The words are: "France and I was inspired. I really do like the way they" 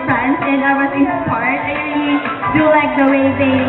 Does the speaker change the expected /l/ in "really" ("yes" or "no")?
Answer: yes